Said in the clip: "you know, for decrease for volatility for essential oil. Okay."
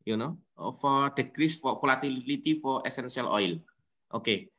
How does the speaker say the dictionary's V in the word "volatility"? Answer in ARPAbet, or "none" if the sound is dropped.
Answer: F